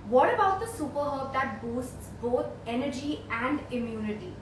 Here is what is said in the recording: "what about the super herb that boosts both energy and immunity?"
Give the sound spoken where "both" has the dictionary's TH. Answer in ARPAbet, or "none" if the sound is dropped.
T